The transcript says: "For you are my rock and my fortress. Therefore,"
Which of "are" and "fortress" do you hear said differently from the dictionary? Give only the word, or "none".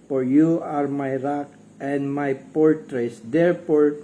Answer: fortress